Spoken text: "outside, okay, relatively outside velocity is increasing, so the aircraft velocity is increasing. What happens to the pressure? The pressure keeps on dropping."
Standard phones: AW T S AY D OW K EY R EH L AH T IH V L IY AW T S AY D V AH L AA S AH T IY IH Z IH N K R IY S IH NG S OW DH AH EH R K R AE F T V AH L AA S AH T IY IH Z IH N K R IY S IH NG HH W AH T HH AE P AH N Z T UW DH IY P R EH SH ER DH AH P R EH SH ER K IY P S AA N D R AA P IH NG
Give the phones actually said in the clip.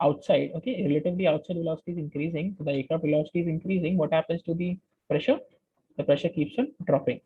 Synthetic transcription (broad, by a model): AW T S AY D OW K EY R EH L AH T IH V L IY AW T S AY D V AH L AA S AH T IY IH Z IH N K R IY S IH NG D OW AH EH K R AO T V AH L AA S AH T IY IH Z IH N K R IY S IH NG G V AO T HH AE P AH N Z T UW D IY P R EH SH ER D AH P R EH SH ER K IY P S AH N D R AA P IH NG